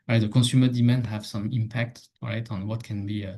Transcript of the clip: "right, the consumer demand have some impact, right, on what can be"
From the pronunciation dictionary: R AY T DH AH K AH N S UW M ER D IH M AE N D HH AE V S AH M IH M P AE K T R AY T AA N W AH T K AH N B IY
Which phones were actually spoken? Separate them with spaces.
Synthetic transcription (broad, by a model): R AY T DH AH K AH S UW M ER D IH M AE N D HH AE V S AH M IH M P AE K T R AY T AA N W AH T K AH N B IY